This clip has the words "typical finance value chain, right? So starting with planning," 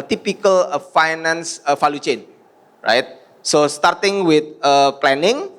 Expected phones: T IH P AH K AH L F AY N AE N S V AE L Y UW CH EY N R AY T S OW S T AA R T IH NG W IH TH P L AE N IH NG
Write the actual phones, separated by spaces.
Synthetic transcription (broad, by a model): T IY P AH K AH L F AY N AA N S F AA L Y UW CH EY N R AY T S OW S T AA R T IH NG W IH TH P L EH N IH NG